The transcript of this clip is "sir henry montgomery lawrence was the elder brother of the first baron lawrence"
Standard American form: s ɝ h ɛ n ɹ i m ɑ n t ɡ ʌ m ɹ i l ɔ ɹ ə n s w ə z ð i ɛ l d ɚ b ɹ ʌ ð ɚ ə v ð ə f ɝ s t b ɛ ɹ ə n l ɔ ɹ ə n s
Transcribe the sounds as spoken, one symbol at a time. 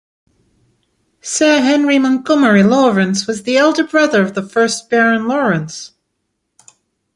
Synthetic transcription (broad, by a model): s ɝ h ɛ n ɹ i m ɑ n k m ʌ ɹ i l ɔ ɹ ə n s w ə z ð i ɛ l d ɚ b ɹ ʌ ð ɚ ə v ð ə f ɝ s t b ɛ ɹ ə n l ɔ ɹ ə n s